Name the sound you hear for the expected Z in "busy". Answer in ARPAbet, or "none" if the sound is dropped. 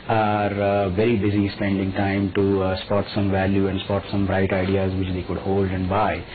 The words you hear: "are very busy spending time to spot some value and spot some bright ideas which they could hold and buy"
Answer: Z